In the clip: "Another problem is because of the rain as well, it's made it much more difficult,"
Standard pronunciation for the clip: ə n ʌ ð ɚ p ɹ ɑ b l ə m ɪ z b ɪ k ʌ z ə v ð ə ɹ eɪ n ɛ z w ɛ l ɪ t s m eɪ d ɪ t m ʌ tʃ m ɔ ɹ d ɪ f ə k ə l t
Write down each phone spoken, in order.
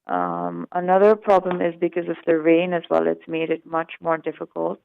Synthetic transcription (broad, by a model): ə n ʌ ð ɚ p ɹ ɑ b l ə m ɪ z b ɪ k ʌ z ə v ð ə ɹ eɪ n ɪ z w ɛ l ɪ t s m eɪ d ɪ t m ʌ tʃ m ɔ ɹ d ɪ f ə k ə l t